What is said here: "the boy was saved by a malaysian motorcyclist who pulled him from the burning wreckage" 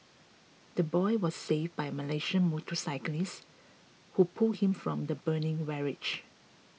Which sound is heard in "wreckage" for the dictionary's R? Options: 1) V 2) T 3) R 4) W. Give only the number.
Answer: 4